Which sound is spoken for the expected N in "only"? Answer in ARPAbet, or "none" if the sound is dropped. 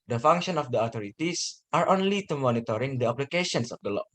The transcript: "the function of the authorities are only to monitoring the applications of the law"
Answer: N